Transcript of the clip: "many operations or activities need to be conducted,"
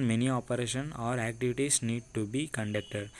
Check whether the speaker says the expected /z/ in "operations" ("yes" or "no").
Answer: no